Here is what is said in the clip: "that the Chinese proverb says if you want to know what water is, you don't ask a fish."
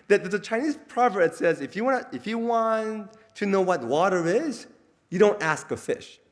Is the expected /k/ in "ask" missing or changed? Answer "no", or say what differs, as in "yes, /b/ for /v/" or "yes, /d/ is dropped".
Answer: no